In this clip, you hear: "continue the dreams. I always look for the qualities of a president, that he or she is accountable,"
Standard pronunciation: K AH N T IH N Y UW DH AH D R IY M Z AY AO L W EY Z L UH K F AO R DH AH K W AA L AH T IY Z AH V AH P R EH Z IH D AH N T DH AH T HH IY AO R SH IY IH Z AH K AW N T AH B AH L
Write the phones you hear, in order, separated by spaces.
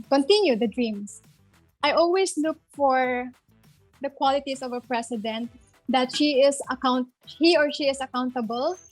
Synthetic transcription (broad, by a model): K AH N T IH N Y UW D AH D R IY M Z AY AO L W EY S L UH K F AO R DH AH K W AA L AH T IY S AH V AH P R EH S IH D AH N T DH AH T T IY AO R SH IY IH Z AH K AW N T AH B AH L